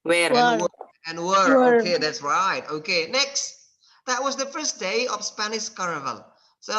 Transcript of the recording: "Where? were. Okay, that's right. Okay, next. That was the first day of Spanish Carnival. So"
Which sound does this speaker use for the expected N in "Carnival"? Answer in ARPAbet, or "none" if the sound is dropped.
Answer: none